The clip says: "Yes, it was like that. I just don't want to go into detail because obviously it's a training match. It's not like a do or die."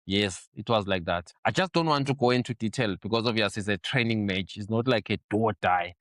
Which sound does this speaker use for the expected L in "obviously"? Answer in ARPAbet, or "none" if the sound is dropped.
none